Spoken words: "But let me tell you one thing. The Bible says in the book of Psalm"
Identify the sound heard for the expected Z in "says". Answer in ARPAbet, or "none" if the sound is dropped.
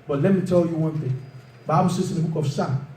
S